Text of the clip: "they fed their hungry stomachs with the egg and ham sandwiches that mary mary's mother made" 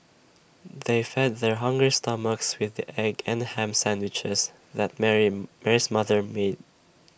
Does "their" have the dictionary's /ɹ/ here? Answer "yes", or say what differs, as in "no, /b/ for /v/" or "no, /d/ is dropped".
yes